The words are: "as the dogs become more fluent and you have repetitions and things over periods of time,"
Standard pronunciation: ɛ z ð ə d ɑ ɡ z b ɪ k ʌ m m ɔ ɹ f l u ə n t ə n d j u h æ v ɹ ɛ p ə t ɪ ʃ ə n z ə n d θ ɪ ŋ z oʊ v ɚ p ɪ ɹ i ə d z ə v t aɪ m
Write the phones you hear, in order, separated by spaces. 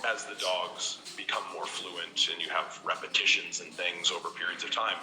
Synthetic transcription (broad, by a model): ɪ z ð ə d ɑ ɡ z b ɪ k ʌ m m ɔ ɹ f l u ə n t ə n j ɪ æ v ɹ ɛ p ə t ɪ ʃ ə n z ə n θ ɪ ŋ z oʊ v ɚ p ɪ ɹ i ə d z ə v t aɪ m